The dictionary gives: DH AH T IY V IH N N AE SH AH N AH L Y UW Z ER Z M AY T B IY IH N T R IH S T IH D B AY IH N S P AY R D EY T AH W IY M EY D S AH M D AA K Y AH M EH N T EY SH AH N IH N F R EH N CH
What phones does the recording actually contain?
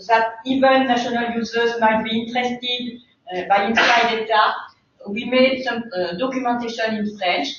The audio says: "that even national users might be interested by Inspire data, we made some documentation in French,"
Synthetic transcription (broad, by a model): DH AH T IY V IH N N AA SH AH N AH L Y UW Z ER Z M AY T B IY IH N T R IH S T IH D B AY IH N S AY D EY T AH W IY M EY D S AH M D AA K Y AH M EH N T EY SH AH N IH N F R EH N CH